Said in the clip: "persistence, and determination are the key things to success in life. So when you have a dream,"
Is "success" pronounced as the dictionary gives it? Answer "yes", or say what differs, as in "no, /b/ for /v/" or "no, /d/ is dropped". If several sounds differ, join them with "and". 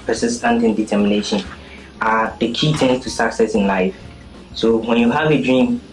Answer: yes